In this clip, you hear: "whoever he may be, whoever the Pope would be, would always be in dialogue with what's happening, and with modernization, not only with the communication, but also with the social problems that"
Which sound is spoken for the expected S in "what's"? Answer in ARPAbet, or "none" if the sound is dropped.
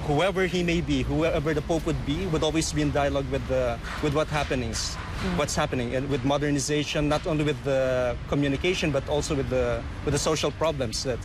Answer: none